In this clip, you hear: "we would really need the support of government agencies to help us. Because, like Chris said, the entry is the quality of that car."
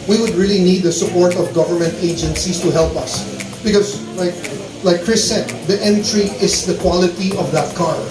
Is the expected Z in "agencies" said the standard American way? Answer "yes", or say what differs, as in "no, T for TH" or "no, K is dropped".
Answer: no, S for Z